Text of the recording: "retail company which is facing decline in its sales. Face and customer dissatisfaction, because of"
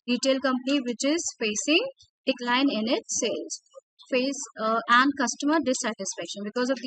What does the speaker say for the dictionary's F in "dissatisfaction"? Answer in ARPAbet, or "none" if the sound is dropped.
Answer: F